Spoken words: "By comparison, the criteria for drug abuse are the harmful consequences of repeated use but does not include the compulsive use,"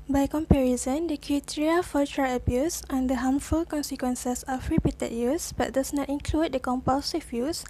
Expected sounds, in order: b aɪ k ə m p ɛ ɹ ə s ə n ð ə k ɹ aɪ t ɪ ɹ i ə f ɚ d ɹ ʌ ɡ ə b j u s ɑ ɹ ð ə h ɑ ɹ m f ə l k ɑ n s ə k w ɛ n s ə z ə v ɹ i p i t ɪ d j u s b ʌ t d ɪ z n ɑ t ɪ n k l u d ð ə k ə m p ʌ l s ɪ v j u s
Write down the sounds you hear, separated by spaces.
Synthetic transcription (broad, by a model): b aɪ k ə m p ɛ ɹ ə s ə n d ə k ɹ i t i ɹ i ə f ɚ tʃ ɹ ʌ ə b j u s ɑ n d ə h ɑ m f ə l k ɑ n s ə k w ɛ n s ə s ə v ɹ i p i t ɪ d j u s b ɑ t d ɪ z n ɑ t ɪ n k l u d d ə k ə m p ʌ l s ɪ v j u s